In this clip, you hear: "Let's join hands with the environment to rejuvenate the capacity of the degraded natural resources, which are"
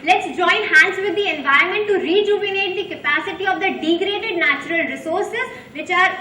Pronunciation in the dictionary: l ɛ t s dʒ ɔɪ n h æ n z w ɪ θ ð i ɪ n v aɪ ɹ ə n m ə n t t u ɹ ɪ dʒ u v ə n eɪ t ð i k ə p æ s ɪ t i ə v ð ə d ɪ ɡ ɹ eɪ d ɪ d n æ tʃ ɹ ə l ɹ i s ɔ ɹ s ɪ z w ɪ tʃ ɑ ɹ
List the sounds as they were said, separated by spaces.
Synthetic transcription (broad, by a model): l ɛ t s dʒ ɔɪ n h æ n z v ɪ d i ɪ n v aɪ ə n m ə n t t u ɹ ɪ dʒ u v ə n eɪ t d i k ə p æ s ɪ t i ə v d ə d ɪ ɡ ɹ eɪ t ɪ d n æ tʃ ɹ ə l ɹ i s ɔ ɹ s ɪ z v ɪ tʃ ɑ ɹ